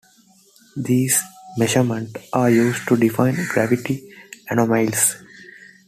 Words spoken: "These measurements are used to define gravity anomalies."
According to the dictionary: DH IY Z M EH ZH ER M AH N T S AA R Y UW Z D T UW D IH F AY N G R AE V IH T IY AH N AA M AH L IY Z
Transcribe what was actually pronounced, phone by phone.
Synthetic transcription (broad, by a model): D IY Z M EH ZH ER M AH N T AA R Y UW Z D T UW D IH F AY N G R AE V IH T IY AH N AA M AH L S